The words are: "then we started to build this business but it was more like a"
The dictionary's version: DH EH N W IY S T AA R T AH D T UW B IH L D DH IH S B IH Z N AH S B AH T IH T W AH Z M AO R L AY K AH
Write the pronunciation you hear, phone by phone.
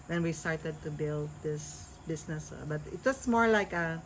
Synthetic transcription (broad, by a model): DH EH N W IY S T AA R T AH D T UW B IH L D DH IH S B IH S N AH S B AH T IH T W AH S M AO R L AY K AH